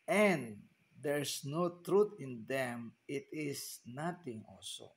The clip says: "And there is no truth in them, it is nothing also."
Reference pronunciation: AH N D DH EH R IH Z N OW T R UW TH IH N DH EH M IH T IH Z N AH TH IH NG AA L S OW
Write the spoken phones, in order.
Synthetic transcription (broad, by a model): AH N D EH R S N OW T R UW T IH N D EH M IH T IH S N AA T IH NG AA L S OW